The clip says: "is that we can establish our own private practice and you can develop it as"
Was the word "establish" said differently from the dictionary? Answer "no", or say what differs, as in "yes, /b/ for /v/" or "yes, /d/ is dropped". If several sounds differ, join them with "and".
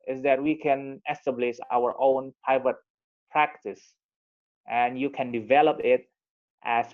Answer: yes, /s/ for /ʃ/